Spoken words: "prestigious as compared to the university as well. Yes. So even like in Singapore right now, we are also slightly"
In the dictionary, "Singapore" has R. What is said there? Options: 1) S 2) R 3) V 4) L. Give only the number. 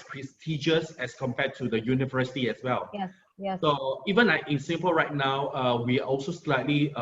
4